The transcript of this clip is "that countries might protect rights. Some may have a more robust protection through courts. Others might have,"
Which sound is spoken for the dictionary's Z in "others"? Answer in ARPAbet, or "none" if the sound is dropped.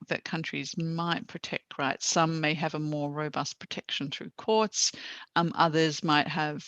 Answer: Z